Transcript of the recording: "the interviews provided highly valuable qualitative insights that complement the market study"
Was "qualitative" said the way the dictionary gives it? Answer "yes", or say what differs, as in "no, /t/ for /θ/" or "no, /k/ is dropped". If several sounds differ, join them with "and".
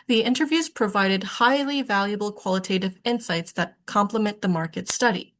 yes